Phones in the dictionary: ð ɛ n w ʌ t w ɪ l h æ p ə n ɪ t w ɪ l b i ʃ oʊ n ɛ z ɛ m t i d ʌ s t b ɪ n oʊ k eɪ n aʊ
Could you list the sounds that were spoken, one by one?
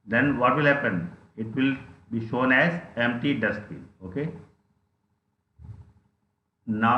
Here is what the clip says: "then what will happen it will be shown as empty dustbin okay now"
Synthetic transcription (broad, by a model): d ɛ n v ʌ t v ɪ l h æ p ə n ɪ t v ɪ l b i ʃ oʊ n ɛ z ɛ m t i d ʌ s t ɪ oʊ k eɪ n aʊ